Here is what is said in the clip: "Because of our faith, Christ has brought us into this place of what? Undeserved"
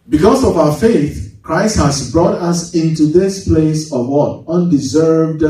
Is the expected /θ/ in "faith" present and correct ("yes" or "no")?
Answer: yes